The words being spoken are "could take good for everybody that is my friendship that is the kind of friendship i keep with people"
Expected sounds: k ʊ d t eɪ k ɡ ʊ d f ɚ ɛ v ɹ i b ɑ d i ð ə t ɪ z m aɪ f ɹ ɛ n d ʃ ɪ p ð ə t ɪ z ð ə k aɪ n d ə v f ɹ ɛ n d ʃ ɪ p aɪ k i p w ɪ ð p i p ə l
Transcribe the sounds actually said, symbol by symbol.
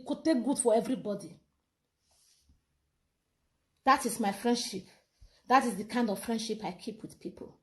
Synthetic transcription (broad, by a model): k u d t eɪ k ɡ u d f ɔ ɛ v ɹ i b ɑ d i ð ə t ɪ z m aɪ f ɹ ɛ n d ʃ ɪ p ð ə t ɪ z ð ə k aɪ n d ə v f ɹ ɛ n d ʃ ɪ p aɪ k i p w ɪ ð p i p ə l